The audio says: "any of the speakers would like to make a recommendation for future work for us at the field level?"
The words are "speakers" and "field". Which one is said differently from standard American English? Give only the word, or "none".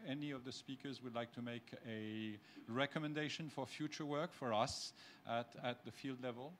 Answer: none